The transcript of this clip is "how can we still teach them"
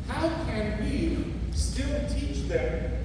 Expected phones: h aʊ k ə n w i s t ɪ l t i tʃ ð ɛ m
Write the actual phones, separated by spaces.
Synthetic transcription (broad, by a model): h aʊ k ə n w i s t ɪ n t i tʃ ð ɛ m